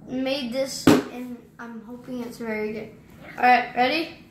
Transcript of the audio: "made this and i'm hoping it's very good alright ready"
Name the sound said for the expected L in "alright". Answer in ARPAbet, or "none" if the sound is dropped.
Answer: none